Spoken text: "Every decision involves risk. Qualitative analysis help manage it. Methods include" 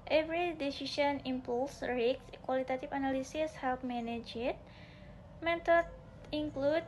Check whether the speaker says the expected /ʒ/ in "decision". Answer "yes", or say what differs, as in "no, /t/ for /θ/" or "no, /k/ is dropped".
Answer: no, /ʃ/ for /ʒ/